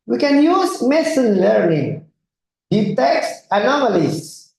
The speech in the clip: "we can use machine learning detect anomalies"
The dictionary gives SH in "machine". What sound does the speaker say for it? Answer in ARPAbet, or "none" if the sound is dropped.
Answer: S